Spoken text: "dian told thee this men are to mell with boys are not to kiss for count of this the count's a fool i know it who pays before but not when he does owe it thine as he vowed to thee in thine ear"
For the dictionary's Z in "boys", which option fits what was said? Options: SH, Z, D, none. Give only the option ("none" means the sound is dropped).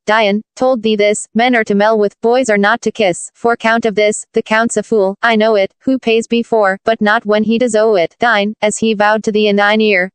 Z